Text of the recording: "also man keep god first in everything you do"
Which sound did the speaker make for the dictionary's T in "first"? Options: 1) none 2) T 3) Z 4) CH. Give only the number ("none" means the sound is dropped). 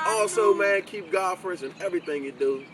1